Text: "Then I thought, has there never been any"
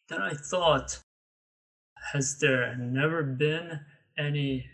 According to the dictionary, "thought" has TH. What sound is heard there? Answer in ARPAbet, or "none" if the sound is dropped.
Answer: TH